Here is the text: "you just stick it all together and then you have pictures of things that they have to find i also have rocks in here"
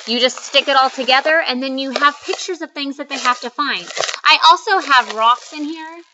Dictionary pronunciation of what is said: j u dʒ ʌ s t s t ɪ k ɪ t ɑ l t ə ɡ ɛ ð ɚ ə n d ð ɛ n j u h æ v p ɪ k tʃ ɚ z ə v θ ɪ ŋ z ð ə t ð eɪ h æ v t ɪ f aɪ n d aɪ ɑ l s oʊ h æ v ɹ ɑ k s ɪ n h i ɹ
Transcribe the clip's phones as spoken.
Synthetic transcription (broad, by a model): j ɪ dʒ ʌ s t s t ɪ k ɪ t ɑ l t ə ɡ ɛ ð ɚ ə n ð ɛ n j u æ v p ɪ k tʃ ɚ z ə v θ ɪ ŋ z ð ə t ð eɪ h æ f t ɪ f aɪ n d aɪ ɑ l s oʊ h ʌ v ɹ ɑ k s ɪ n h i ɹ